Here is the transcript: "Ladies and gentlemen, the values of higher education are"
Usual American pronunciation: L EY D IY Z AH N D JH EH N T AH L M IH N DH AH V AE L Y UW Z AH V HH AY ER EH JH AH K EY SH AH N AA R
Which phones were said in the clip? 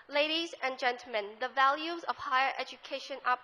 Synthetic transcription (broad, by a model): L EY D IY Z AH N JH EH N T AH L M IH N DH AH V AE L Y UW Z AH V HH AY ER EH JH AH K EY SH AH N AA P